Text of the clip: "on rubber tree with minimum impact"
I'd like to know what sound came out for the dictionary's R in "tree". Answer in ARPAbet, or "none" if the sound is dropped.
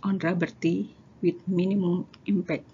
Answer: none